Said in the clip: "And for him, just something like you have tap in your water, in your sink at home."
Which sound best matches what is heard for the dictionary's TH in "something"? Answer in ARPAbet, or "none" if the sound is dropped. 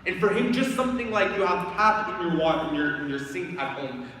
TH